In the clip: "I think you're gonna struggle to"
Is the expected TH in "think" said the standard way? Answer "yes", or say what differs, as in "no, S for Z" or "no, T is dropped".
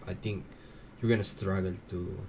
no, T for TH